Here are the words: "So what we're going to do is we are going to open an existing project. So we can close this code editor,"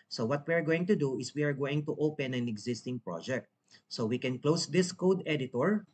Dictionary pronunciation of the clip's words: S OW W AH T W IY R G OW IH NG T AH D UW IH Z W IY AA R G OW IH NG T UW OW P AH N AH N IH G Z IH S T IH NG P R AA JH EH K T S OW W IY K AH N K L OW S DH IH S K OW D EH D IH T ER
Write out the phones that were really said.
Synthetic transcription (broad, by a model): S OW W AH T W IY R G OW IH NG T AH D UW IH S W IY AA R G OW IH NG T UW OW P AH N AH N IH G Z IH S T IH NG P R AA JH EH K T S OW W IY K AH N K L OW S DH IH S K OW D EH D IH T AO